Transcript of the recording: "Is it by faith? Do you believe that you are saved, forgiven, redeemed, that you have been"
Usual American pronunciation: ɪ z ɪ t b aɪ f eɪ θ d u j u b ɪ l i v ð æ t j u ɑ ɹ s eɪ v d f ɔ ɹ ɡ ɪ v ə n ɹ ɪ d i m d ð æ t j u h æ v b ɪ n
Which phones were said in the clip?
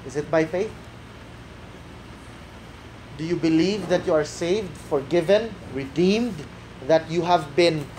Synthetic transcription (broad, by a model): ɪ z ɪ t b aɪ f eɪ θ d u j u b ɪ l i v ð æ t j u ɑ ɹ s eɪ v d f ɔ ɹ ɡ ɪ v ə n ɹ ɪ d i m d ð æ t j u h æ v b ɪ n